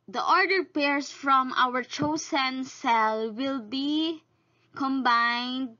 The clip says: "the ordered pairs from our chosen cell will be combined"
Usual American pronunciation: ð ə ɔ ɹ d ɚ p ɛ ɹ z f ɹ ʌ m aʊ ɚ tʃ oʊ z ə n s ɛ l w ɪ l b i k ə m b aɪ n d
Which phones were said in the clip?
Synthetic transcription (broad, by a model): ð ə ɔ ɹ d ɚ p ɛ ɹ s f ɹ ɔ m aʊ ɚ tʃ oʊ s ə n s ɛ l w ɪ l b i k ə m b aɪ n d